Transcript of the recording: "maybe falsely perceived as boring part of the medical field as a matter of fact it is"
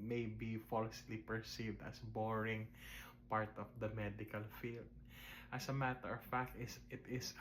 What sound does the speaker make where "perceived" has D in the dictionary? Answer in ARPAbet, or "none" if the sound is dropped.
D